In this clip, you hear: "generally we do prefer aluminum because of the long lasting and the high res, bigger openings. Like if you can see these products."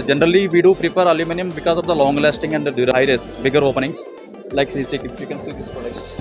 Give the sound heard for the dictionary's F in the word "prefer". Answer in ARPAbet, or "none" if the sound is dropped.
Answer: P